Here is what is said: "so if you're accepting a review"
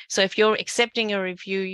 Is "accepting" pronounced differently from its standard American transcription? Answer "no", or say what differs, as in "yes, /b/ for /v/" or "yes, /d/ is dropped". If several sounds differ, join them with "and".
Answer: no